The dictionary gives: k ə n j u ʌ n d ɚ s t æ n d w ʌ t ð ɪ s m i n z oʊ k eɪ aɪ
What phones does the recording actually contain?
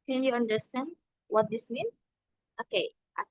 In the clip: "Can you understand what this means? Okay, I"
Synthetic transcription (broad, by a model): k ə n j u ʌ n d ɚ s t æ n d w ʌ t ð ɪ s m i n oʊ k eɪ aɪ